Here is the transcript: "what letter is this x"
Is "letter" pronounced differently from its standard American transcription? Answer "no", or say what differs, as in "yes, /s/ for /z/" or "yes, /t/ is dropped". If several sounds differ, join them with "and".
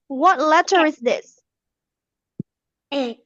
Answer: no